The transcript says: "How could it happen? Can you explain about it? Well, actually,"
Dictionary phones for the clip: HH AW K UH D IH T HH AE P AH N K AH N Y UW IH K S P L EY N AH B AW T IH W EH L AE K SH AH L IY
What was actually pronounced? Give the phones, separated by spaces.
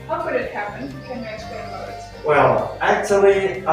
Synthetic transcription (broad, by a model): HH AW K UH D IH T HH AE P AH N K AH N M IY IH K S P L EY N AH IH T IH W EH L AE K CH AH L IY